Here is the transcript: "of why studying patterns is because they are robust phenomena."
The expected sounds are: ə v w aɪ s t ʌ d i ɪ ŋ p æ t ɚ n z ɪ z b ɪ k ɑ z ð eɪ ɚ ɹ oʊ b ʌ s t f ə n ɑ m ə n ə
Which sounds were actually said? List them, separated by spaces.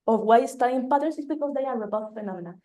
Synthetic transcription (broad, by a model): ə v w aɪ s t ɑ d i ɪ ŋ p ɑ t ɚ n s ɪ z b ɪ k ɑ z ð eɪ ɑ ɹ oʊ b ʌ t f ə n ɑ m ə n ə